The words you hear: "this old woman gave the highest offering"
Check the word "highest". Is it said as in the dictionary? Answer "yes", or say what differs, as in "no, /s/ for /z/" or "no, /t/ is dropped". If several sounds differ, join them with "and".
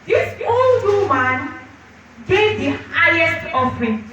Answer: yes